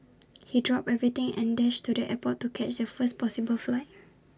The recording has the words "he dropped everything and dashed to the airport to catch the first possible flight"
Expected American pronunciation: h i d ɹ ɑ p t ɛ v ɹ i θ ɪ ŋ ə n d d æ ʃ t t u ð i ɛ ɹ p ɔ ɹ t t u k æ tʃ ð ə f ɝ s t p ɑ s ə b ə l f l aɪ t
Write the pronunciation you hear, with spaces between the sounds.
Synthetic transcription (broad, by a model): h i d ɹ ɑ p ɛ v ɹ i t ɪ ŋ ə n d d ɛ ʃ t t u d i ɛ p ɔ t t u k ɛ tʃ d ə f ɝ s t p ɑ s ə b ə l f l aɪ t